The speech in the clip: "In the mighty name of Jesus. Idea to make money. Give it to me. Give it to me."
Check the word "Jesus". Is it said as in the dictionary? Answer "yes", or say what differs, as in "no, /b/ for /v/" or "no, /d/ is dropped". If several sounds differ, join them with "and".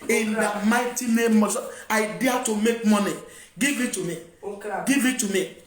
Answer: no, /s/ is dropped